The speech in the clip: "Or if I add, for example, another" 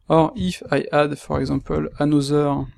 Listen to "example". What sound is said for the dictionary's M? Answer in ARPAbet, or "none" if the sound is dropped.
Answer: none